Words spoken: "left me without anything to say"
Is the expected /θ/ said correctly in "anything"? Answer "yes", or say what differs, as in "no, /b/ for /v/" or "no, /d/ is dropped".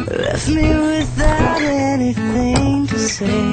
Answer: yes